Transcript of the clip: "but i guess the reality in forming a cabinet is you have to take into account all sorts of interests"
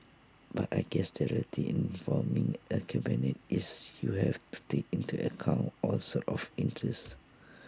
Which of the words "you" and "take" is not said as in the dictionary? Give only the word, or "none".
none